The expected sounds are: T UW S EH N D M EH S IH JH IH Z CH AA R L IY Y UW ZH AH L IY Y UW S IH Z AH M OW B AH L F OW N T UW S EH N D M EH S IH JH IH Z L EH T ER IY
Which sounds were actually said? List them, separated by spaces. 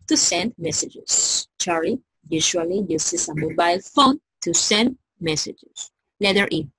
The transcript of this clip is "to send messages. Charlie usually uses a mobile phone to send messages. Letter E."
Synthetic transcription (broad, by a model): T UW S EH N D M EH S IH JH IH S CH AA R IY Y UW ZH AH L IY Y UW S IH S AH M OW B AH L F OW N T UW S EH N D M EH S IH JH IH S L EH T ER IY